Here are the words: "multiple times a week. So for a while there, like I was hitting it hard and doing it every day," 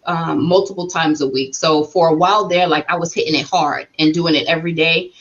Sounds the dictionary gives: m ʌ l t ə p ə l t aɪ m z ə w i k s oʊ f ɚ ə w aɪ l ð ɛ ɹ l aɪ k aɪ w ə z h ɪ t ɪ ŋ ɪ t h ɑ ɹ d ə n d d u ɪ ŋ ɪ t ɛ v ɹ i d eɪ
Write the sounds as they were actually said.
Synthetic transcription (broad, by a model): m ʌ l t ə p l t aɪ m z ə w i k s oʊ f ɚ ə w aɪ l ð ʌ ɹ l aɪ k aɪ w ə z h ɪ t ɪ ŋ ɪ t h ɑ ɹ d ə n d d u ɪ ŋ ɪ t ɛ v ɹ i d eɪ